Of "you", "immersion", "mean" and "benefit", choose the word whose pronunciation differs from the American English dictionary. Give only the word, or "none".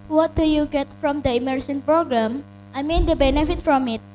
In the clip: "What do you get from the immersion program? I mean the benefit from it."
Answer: immersion